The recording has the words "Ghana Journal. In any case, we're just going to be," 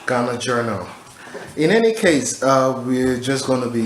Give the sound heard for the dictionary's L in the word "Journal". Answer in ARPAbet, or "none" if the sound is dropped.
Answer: L